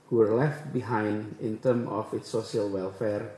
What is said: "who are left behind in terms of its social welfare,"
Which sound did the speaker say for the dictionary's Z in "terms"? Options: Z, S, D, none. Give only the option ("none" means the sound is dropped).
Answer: none